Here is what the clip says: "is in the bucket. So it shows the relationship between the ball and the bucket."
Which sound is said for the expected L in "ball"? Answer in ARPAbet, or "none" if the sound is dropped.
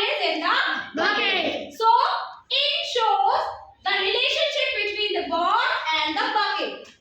N